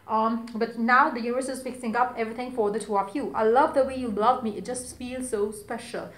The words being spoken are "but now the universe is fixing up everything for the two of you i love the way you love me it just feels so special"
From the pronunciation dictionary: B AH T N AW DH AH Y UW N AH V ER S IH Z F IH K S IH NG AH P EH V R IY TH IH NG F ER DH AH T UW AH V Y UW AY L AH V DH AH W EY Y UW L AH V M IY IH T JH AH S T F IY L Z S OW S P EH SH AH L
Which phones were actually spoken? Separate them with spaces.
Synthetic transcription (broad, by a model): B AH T N AW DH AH Y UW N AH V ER S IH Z P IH K S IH NG AH P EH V R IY T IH NG F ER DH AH T UW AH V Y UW AY L AH V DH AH W EY Y UW L AH V M IY IH T JH AH S T F IY L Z S OW S P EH SH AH L